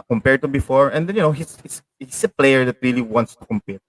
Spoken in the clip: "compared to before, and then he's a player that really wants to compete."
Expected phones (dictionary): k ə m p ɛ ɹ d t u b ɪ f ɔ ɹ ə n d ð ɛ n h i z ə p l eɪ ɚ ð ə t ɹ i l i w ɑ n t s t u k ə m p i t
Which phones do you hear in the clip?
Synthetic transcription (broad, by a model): k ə m p ɛ ɹ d t u b ɪ f ɔ ɹ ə n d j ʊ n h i s ə p l eɪ ɚ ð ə t ɹ i l i w ɑ n t s t u k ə m p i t